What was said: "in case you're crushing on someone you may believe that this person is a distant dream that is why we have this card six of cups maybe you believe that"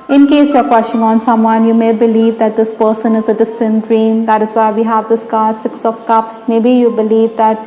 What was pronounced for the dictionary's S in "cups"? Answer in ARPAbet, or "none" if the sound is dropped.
S